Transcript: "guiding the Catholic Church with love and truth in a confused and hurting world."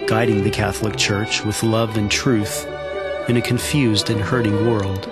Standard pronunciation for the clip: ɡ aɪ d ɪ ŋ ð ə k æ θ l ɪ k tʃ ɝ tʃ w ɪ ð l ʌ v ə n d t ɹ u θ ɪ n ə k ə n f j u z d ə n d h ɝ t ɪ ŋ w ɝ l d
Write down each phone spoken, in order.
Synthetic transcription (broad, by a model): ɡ aɪ d ɪ ŋ ð ə k æ θ l ɪ k tʃ ɝ tʃ w ɪ ð l ʌ v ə n t ɹ u θ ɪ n ə k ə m f j u z d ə n h ɝ t ɪ ŋ w ɝ l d